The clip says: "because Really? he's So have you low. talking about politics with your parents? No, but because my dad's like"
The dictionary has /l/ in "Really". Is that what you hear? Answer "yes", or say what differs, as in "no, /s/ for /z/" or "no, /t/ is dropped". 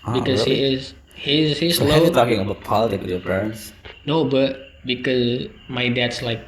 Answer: no, /l/ is dropped